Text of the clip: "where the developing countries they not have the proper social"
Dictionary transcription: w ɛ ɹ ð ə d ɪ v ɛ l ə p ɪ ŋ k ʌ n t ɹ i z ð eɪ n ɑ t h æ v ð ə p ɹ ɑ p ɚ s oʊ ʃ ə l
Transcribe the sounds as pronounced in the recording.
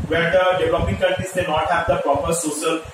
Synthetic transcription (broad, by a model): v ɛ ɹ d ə d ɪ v l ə p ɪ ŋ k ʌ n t i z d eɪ n ɑ t h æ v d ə p ɹ ɑ p ɚ s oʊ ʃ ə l